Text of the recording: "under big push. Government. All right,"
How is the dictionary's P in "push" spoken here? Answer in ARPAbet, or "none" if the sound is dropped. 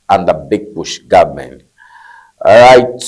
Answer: B